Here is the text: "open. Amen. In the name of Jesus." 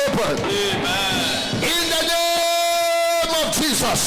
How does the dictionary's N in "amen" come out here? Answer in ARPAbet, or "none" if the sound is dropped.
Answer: none